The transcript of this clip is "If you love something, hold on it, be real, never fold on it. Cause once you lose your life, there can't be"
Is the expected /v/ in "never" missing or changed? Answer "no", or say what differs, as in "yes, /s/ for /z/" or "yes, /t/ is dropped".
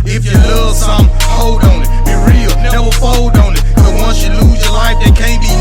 yes, /w/ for /v/